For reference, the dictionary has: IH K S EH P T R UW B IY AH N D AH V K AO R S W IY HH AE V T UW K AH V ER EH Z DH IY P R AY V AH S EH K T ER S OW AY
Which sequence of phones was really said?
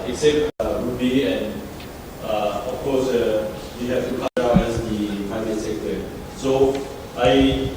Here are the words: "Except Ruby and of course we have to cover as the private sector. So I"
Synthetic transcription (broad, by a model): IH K S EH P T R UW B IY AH N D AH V K AO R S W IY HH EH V T UW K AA AA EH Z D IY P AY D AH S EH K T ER S OW AY